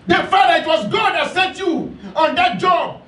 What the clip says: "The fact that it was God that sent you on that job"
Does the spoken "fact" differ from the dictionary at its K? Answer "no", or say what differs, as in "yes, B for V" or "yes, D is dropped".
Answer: yes, K is dropped